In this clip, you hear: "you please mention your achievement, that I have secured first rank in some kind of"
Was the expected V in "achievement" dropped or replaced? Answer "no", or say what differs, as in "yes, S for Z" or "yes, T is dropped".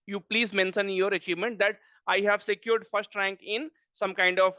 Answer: no